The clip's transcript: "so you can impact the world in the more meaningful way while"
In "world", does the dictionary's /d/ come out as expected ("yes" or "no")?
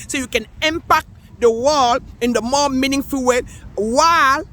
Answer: no